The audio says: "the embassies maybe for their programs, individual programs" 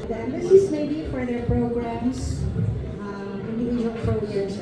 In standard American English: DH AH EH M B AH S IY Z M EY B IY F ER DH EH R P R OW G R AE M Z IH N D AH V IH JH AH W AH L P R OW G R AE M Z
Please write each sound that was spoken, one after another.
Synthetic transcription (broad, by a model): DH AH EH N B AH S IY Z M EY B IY F ER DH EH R P R OW G R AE M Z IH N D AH IH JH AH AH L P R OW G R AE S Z